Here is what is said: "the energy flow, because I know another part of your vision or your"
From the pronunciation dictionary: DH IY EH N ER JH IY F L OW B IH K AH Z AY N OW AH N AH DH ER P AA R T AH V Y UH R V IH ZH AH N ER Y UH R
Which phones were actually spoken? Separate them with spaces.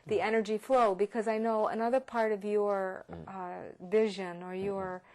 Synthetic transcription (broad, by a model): DH IY EH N ER JH IY F L OW B IH K AH Z AY N OW AH N AH DH ER P AA R T AH V Y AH R V IH ZH AH N ER Y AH R